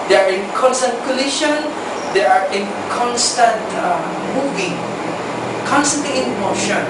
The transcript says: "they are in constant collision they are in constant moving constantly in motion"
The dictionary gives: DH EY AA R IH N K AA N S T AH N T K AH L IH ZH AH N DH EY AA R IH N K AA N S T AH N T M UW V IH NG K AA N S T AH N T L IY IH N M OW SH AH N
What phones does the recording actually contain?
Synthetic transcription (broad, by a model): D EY AA R IH N K AA N S T AH N T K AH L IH SH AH N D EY AA R IH N K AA N S T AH N T M UW V IH NG K AA N S T AH N T L IY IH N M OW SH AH N